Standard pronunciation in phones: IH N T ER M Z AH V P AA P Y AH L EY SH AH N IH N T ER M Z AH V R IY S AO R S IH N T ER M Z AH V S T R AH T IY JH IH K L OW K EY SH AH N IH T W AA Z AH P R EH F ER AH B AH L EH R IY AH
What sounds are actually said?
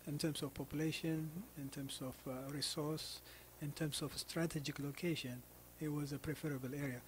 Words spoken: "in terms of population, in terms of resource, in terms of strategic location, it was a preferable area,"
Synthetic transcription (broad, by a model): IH N T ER M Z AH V P AA P Y AH L EY SH AH N IH N T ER M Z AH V R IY S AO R S IH N T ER M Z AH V S T R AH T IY JH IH K L OW K EY SH AH N IH T W AA Z AH P R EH F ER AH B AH L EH R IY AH